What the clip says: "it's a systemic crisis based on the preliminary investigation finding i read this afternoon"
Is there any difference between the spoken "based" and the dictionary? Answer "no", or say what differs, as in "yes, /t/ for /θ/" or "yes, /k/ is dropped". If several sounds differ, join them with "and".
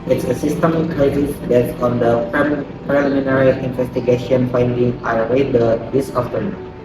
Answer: yes, /s/ is dropped